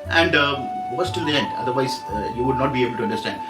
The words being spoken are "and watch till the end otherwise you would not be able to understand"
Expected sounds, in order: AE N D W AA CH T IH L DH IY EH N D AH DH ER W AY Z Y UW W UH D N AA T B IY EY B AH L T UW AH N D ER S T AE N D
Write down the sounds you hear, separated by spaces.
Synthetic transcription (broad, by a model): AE N D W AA S T IH L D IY EH N D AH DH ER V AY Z Y UW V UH D N AA T B IY EY B AH L T UW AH N D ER S T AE N D